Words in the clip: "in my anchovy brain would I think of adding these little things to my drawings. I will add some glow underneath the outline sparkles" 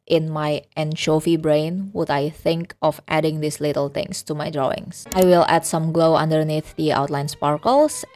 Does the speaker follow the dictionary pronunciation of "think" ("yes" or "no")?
yes